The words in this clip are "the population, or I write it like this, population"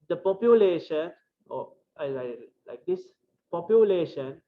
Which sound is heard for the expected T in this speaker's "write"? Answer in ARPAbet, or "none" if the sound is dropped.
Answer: none